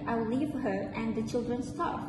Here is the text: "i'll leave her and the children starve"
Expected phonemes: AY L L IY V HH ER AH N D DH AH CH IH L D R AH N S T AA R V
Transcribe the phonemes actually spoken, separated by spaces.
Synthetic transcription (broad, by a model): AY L L IY V HH ER AH N D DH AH CH IH L D R AH N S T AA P